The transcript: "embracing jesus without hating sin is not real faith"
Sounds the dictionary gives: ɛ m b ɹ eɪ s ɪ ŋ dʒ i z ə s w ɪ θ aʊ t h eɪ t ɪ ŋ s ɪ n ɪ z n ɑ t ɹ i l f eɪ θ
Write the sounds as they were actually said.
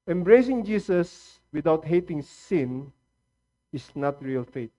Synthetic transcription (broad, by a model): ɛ m b ɹ eɪ s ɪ ŋ dʒ i s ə s w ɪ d aʊ t h eɪ t ɪ ŋ s ɪ n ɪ s n ɑ t ɹ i l f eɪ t